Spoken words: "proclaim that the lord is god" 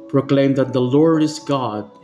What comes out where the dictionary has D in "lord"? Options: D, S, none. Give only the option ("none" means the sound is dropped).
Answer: D